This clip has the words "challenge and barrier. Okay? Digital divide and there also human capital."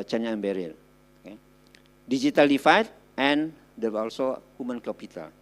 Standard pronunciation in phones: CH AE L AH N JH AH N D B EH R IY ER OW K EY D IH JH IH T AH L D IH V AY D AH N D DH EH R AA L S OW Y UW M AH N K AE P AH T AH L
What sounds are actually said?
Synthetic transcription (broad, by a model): CH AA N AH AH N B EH R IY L OW K EY D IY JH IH T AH L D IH F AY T AH N D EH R AA L S OW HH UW M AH N K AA P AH T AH L